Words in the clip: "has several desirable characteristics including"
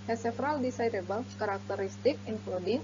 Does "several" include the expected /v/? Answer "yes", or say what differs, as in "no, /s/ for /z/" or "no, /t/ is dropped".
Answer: no, /f/ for /v/